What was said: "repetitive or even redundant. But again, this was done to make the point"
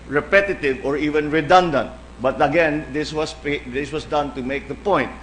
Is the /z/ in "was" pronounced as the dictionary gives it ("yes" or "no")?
no